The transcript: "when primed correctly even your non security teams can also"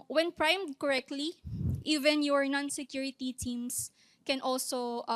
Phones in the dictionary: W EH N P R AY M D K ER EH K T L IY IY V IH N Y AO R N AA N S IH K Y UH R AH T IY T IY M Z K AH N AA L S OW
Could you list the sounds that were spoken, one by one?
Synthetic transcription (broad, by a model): W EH N P R AY M D K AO EH K T L IY IY V IH N Y AO R N AA N S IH K Y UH R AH T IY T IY M S K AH N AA L S OW